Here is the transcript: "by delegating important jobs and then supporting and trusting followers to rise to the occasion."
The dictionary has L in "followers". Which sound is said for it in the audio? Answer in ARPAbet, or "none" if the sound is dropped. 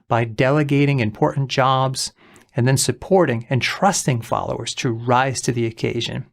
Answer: L